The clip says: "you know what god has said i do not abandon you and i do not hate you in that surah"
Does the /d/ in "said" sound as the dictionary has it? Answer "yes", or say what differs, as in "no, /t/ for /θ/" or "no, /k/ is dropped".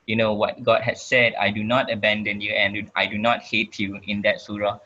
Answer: yes